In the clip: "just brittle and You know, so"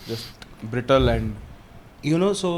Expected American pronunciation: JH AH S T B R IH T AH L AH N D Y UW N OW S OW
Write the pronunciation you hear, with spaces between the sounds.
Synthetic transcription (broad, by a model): JH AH S T B R IH T AH L AH N D Y UW N OW S OW